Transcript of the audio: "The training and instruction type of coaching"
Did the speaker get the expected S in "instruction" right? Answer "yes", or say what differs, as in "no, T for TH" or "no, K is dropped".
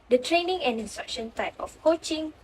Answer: yes